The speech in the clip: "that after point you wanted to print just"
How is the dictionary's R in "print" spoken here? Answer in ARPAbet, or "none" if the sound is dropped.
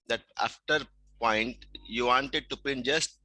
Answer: none